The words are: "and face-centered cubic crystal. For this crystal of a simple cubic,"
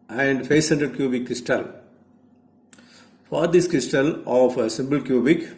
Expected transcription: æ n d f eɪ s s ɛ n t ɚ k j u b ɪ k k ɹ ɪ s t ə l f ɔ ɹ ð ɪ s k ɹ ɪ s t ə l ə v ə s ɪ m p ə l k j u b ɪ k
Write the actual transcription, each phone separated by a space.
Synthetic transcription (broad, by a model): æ n d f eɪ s s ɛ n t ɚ k j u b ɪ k k ɹ ɪ s t ə l f ɔ ɹ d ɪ s k ɹ ɪ s t ə l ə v ə s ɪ m b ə l k j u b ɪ k